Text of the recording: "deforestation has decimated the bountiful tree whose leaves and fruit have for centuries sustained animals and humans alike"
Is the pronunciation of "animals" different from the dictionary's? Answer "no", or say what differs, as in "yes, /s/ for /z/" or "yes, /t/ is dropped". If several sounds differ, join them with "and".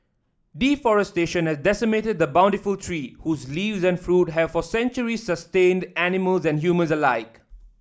no